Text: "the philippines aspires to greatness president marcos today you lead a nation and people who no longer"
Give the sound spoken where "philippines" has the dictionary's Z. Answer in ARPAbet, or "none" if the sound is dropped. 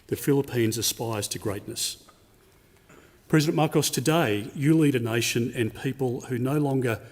Z